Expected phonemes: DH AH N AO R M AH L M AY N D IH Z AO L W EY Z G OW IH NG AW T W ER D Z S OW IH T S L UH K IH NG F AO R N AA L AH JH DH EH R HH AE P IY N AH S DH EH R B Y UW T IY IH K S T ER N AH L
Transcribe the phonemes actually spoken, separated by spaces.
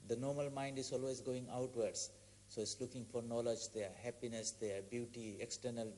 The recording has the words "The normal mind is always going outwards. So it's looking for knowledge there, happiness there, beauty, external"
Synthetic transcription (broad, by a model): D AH N AO R M AH L M AY N D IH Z AO L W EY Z G OW IH NG AW T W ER D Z S OW IH T S L UH K IH NG F AO R N AA L AH JH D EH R HH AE P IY N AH S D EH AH B Y UW T IY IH K S T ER N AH L